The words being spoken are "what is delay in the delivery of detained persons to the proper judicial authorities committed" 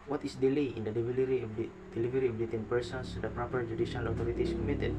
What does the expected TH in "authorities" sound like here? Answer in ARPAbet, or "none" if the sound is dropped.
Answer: T